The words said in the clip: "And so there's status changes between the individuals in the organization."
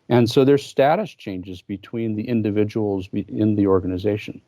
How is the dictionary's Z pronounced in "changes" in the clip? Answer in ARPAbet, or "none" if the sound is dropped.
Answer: Z